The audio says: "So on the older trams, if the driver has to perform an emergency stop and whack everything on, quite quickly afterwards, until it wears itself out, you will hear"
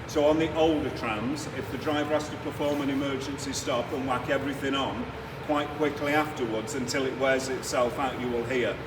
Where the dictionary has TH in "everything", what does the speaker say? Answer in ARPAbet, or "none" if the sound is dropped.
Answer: TH